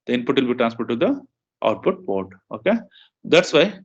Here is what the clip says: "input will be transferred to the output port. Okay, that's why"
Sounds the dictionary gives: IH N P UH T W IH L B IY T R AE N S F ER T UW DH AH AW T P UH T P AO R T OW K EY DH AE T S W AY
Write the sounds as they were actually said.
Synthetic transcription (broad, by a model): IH N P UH T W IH L B IY T R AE N S P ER T UW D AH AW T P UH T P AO R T OW K EY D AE T S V AY